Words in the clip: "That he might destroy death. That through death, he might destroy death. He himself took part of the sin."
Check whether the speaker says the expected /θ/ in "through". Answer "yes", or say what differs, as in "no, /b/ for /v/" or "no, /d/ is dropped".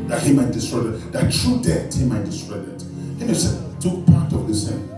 no, /t/ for /θ/